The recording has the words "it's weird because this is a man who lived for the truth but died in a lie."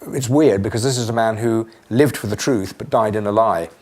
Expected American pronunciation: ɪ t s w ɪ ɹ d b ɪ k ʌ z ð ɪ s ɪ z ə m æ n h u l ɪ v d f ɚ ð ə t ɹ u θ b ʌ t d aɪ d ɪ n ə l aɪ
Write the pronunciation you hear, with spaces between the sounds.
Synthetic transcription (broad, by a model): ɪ t s w ɪ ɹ d b ɪ k ʌ z ð ɪ s ɪ z ə m æ n h u l ɪ v d f ɚ ð ə t ɹ u θ b ʌ t d aɪ d ɪ n ə l aɪ